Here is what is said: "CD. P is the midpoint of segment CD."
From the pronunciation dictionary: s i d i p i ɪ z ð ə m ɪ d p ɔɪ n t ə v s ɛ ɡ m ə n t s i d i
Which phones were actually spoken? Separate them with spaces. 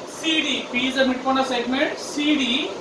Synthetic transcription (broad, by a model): s i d i p i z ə m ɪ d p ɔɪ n ə s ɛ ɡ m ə n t s i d i